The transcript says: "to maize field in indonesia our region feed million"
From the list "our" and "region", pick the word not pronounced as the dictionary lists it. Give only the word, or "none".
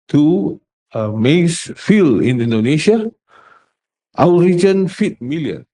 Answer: our